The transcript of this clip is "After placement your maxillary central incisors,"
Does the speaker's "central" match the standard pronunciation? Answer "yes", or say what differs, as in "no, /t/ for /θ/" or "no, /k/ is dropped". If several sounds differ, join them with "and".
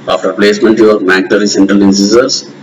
yes